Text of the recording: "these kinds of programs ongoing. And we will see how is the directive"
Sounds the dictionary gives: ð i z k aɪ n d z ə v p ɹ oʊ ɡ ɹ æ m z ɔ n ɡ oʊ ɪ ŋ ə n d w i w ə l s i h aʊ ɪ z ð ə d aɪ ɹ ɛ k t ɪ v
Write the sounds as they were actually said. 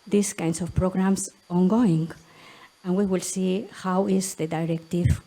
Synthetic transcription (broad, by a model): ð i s k aɪ n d s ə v p ɹ oʊ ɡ ɹ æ m s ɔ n ɡ oʊ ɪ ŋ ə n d w i w ə l s i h aʊ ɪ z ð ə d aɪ ɹ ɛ k t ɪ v